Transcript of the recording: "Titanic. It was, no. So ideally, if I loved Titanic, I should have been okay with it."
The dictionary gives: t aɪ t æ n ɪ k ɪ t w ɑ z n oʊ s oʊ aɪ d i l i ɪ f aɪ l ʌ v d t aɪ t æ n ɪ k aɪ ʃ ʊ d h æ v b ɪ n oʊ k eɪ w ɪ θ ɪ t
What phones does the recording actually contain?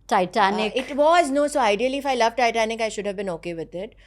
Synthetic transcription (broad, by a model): t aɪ t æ n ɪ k ɪ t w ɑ z n oʊ s oʊ aɪ d i l i ɪ f aɪ l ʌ v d t aɪ t æ n ɪ k aɪ ʃ ʊ d h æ v b ɪ n oʊ k eɪ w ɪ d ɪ t